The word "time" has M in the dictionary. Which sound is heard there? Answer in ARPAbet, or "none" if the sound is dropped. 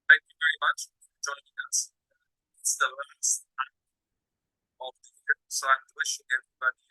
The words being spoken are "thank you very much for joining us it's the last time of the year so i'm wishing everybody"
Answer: none